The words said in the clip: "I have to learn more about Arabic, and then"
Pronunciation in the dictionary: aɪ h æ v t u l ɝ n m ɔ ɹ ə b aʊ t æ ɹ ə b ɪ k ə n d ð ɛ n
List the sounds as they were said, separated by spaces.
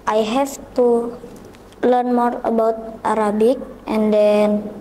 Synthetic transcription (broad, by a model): aɪ h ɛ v t u l ɝ n m ɔ ɹ ə b aʊ t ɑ ɹ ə b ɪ k ə n d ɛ n